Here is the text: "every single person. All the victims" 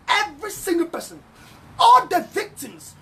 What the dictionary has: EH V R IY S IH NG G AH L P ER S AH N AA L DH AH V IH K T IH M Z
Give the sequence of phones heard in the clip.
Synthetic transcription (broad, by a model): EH V R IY S IH NG G AH L P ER S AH N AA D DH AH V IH K T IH M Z